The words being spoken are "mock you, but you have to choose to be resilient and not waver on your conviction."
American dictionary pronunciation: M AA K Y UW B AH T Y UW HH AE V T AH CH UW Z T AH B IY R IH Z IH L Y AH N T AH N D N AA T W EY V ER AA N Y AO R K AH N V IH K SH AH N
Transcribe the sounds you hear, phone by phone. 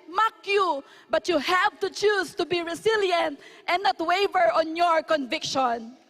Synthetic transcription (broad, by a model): M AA K Y UW B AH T Y UW HH AE V T AH CH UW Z T AH B IY R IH S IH L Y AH N T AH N N AA T W EY V ER AA N Y AO R K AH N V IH K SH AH N